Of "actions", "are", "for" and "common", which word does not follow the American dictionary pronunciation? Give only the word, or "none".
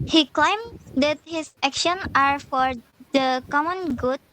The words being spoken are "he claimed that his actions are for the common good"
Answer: actions